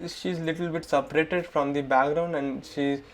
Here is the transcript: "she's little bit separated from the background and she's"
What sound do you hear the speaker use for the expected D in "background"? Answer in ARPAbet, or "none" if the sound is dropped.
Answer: D